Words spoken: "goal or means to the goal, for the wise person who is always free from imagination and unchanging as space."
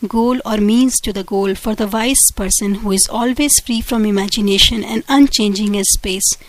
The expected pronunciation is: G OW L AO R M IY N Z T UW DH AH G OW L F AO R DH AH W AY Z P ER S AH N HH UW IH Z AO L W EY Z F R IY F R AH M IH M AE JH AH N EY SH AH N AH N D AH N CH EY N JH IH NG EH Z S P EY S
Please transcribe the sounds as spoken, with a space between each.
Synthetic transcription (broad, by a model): G OW L AO R M IY N Z T UW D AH G OW L F AO R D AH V AY S P ER S AH N HH UW IH Z AO L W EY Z F R IY F R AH M IH M AE JH AH N EY SH AH N AH N D AH N CH EY N JH IH NG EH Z S P EY S